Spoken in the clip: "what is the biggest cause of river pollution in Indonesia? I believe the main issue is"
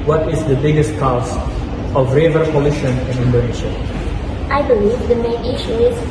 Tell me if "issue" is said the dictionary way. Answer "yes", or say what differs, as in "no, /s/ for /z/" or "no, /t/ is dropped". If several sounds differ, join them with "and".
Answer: yes